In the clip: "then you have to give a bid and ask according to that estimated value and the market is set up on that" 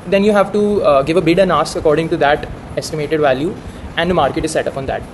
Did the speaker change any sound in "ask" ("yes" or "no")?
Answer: yes